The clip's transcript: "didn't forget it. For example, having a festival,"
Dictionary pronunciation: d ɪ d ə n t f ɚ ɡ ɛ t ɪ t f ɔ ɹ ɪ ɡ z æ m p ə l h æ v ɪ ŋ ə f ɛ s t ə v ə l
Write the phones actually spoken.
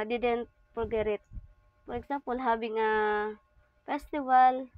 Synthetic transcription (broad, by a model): d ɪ d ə n t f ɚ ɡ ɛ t ɪ t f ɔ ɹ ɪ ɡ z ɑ m p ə l h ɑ b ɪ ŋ ə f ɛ s t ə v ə l